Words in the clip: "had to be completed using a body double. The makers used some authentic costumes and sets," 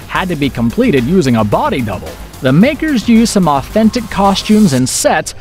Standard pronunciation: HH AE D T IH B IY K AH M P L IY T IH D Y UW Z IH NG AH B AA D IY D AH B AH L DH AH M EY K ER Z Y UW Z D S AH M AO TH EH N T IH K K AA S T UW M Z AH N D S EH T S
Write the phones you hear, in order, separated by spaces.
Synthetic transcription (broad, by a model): HH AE D T IH B IY K AH M P L IY T IH D Y UW Z IH NG AH B AA D IY D AH B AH L DH AH M EY K ER Z Y UW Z S AH M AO TH EH N T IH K K AA S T UW M Z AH N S S EH T S